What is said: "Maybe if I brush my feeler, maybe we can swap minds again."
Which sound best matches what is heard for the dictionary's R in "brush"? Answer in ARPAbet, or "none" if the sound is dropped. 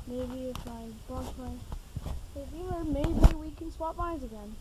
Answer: none